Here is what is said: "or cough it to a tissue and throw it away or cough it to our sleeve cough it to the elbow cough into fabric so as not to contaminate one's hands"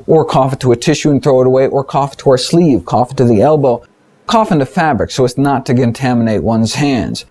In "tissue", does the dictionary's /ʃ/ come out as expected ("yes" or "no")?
yes